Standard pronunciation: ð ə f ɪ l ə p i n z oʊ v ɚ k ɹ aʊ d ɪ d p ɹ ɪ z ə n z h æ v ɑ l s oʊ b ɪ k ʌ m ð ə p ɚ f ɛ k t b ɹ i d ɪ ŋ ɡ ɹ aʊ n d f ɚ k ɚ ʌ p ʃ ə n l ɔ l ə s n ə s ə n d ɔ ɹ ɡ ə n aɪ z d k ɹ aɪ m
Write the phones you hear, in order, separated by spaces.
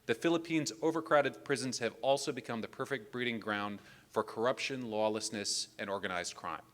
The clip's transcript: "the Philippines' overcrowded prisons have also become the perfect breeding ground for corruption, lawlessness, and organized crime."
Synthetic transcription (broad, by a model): ð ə f ɪ l ə p i n z oʊ v ɚ k ɹ aʊ d ɪ d p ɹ ɪ z n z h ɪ v ɑ l s oʊ b ɪ k ʌ m ð ə p ɚ f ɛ k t b ɹ i d ɪ ŋ ɡ ɹ aʊ n d f ɚ k ɚ ʌ p ʃ ə n l ɔ l ə s n ə s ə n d ɔ ɹ ɡ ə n aɪ z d k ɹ aɪ m